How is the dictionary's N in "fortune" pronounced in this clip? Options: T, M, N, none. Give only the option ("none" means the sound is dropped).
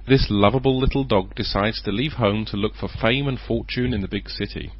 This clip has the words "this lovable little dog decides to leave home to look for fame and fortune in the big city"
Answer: N